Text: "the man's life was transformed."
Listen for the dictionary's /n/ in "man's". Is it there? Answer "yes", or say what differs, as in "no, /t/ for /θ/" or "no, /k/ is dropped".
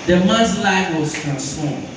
no, /n/ is dropped